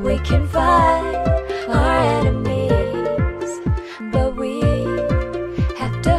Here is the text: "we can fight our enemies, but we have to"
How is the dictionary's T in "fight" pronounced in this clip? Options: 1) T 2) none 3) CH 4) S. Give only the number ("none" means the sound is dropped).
2